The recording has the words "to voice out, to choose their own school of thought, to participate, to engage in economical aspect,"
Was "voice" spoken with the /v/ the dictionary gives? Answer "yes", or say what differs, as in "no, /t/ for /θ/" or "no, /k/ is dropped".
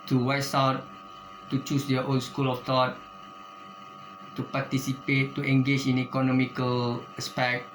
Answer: no, /w/ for /v/